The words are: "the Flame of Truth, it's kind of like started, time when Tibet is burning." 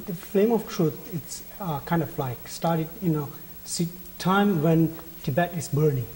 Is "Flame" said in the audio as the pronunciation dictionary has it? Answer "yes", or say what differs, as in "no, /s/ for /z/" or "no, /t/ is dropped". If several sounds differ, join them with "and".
yes